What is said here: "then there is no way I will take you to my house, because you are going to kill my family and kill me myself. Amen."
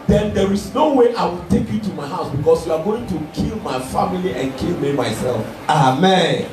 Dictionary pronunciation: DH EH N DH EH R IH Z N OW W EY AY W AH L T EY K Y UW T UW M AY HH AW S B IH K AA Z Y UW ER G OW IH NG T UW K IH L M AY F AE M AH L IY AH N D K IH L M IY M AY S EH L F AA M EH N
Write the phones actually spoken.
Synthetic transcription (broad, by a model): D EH N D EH R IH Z N OW W EY AY W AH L T EY K Y UW T UW M AY HH AW S B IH K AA S Y UW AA G OW IH NG T UW K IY L M AY F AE M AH L IY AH N K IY L M IY M AY S EH L F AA M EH N